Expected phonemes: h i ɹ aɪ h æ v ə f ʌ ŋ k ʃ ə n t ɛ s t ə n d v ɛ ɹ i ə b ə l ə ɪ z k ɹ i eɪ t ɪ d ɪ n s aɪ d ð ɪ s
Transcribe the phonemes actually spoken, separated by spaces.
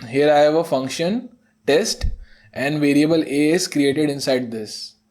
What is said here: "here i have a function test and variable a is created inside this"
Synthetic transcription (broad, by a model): h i ɹ aɪ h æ v ə f ʌ ŋ k ʃ ə n t ɛ s t ə n d v ɛ ɹ i ə b ə l ə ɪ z k ɹ i eɪ t ɪ d ɪ n s aɪ d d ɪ s